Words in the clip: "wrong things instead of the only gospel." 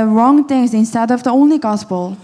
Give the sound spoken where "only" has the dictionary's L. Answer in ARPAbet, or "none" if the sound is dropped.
L